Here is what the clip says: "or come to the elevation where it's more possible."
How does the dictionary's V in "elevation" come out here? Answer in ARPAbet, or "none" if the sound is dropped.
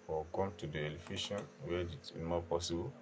F